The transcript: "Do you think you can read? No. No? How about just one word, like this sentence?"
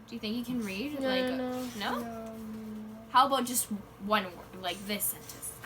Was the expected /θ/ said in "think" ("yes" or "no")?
yes